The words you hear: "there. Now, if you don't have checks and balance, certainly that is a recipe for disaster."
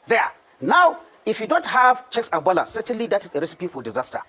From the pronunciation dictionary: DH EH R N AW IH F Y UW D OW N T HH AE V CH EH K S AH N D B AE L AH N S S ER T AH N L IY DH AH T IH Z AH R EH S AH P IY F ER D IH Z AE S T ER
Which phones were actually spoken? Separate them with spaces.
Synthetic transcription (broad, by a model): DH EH N AW IH F Y UW D OW N T HH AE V CH EH K S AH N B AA L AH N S S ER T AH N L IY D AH T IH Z AH R EH S AH P IY F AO D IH Z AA S T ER